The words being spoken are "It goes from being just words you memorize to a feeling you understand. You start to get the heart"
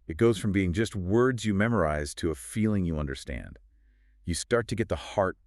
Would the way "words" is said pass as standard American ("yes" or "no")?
yes